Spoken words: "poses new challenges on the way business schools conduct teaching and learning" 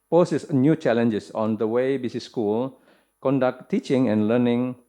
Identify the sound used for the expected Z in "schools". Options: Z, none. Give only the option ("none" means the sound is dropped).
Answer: none